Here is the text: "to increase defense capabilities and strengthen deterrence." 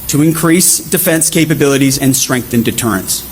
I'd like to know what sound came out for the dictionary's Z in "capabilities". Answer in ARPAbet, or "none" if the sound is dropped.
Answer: Z